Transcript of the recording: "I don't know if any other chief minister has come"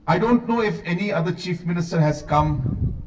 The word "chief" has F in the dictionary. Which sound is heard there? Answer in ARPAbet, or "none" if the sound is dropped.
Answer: F